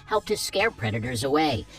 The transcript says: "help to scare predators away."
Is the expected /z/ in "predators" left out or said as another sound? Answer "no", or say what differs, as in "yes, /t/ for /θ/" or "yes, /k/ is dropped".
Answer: no